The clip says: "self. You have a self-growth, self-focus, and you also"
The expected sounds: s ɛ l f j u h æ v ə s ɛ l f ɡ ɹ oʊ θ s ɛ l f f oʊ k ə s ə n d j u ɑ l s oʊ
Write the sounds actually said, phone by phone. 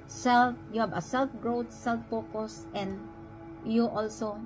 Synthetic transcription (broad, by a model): s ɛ l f j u h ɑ b ə s ɛ l f ɡ ɹ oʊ t s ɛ l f p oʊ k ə s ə n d j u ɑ l s oʊ